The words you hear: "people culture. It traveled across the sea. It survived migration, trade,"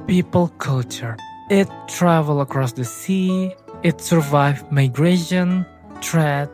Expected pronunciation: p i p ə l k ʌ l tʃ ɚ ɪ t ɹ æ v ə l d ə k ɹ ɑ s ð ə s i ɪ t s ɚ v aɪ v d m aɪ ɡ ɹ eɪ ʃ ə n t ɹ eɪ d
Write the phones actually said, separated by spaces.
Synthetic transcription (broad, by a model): p i p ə l k ʌ l tʃ ɚ ɪ t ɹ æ v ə l ə k ɹ ɑ s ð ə s i ɪ t s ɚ v aɪ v m aɪ ɡ ɹ eɪ ʃ ə n t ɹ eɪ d